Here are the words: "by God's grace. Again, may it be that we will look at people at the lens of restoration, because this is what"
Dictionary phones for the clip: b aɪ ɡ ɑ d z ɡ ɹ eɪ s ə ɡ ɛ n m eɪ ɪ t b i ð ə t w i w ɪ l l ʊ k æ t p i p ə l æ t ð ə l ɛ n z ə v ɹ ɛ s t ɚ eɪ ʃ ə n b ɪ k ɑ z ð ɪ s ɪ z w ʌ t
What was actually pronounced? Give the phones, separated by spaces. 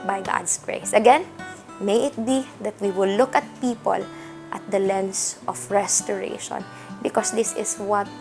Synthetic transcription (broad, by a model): b aɪ ɡ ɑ d s ɡ ɹ eɪ s ə ɡ ɛ n m eɪ ɪ t b i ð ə t w i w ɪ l l ʊ k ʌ t p i p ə l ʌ t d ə l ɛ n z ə f ɹ ɛ s t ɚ eɪ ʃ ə n b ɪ k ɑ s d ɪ s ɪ s w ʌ t